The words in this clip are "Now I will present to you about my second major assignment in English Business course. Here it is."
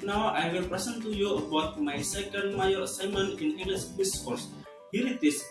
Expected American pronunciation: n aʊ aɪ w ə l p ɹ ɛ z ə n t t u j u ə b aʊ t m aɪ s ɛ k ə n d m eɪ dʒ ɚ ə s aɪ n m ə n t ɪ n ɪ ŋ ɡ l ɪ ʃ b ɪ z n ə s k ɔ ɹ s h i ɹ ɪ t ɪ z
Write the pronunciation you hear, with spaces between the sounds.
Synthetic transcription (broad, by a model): n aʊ aɪ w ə l p ɹ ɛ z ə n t t u j u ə b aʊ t m aɪ s ɛ k ə n d m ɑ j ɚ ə s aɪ m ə n ɪ n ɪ ŋ ɡ l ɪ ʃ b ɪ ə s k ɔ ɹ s h i ɹ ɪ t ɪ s